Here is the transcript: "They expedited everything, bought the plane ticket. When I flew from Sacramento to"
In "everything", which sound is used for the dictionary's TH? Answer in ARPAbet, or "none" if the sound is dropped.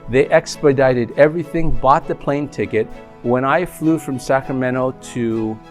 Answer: TH